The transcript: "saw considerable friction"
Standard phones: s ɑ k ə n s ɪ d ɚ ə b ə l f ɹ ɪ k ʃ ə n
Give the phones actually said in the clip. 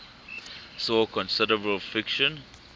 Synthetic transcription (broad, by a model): s ɑ k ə n s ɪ d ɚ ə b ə l f ɪ k ʃ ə n